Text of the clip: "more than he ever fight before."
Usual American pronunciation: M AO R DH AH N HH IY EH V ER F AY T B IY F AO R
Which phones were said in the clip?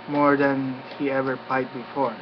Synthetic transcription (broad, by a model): M AO R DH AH N HH IY EH V ER P AY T B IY F AO R